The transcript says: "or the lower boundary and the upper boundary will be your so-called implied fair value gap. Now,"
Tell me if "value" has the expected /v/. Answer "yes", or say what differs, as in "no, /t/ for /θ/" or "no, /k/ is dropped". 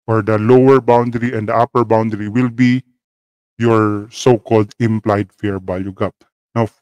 no, /b/ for /v/